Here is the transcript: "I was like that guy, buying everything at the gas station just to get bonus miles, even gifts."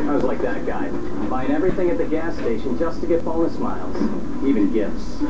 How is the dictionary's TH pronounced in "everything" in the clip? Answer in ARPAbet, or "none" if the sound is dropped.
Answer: TH